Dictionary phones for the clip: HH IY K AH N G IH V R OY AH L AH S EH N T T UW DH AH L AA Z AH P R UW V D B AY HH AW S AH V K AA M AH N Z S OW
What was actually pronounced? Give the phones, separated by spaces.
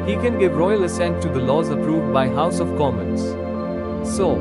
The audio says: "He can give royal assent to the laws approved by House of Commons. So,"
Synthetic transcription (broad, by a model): HH IY K AH N G IH V R OY AH L AH S EH N T T UW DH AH L AA Z AH P R UW V D B AY HH AW S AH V K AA M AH N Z S OW